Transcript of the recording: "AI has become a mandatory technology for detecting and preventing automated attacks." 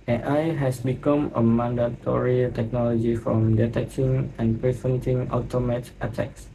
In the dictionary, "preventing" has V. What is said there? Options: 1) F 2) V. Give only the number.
1